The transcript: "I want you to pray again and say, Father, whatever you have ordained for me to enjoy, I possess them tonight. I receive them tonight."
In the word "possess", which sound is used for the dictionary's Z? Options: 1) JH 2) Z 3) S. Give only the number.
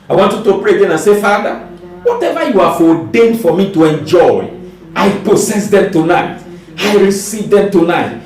3